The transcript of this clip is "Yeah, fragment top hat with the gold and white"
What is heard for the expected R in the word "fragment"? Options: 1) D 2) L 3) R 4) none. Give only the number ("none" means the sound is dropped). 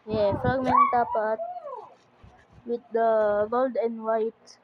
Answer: 4